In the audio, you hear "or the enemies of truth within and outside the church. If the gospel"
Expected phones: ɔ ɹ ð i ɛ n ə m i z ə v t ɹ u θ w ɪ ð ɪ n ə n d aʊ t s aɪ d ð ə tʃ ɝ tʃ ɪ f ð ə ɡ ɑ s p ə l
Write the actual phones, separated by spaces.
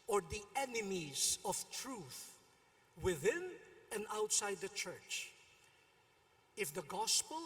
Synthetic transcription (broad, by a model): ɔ ɹ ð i ɛ n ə m i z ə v t ɹ u θ w ɪ ð ɪ n ə n d aʊ t s aɪ d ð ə tʃ ɝ tʃ ɪ f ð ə ɡ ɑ s p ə l